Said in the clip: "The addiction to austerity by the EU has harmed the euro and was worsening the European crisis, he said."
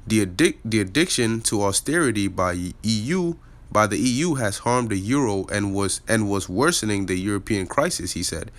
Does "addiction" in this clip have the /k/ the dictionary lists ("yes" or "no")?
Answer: yes